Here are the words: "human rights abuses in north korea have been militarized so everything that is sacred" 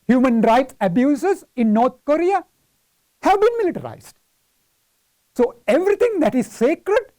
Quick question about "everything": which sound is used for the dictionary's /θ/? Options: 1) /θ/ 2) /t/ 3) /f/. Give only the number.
2